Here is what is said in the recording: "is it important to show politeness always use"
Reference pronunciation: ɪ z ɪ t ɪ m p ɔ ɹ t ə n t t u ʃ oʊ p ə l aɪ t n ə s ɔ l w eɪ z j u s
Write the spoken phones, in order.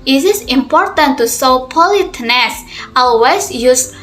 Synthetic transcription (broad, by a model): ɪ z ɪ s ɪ m p ɔ ɹ t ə n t t u s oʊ p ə l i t n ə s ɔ l w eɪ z j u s